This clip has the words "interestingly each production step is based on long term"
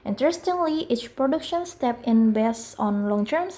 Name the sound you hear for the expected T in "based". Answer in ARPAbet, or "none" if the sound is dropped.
none